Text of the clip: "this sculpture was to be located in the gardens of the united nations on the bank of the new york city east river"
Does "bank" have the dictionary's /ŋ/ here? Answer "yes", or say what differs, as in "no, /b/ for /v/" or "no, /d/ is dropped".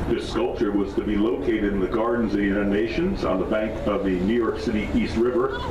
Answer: yes